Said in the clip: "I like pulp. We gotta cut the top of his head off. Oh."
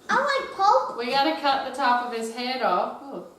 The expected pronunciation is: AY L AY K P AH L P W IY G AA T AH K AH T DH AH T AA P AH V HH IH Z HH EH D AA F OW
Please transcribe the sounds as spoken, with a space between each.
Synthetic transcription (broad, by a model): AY W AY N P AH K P W IY G AA T AH K AH T DH AH T AA P AH V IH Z HH EH D AA F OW